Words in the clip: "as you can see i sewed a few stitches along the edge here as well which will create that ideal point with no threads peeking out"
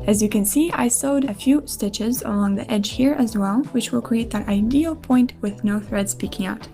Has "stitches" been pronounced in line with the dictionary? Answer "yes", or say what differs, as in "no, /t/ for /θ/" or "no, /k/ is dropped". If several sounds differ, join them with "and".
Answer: yes